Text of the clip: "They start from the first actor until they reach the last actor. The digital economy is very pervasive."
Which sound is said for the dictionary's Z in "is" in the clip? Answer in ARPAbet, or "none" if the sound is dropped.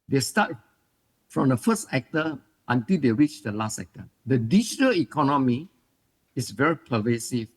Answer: S